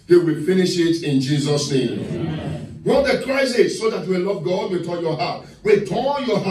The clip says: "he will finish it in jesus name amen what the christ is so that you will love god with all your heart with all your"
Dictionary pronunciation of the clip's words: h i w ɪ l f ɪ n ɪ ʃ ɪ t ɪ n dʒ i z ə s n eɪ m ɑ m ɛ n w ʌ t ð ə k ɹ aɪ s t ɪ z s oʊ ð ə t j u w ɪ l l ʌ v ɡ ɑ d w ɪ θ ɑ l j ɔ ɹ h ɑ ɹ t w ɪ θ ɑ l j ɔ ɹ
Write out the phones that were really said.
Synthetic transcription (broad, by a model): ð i w ɪ l f ɪ n ɪ ʃ ɪ t ɪ n dʒ i z ə s n eɪ m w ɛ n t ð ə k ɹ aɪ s ɪ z s oʊ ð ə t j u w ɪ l l ʌ v ɡ ɑ d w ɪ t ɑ j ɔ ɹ h ɑ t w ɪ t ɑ n j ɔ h